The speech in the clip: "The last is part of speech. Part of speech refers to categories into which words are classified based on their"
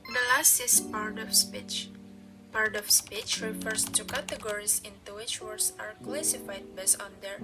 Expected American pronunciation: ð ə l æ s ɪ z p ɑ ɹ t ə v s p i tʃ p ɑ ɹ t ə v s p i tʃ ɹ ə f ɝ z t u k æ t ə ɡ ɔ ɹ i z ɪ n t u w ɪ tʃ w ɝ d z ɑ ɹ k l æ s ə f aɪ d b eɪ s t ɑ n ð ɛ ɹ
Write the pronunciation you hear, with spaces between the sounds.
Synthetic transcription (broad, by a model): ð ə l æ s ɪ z p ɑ ɹ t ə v s p i tʃ p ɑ ɹ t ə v s p i tʃ ɹ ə f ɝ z t u k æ t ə ɡ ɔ ɹ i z ɪ n t u w ɪ tʃ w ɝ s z ɑ ɹ k l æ s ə f aɪ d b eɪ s ɑ n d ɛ ɹ